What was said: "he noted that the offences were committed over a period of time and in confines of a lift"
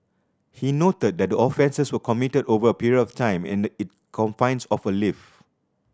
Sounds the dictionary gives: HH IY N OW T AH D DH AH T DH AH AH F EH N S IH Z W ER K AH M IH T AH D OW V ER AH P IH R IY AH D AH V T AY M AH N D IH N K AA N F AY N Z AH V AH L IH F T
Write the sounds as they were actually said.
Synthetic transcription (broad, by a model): HH IY N OW T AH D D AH T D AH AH F EH N S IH S W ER K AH M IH T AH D OW V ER AH P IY R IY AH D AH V T AY M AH N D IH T K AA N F AY N S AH F AH L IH F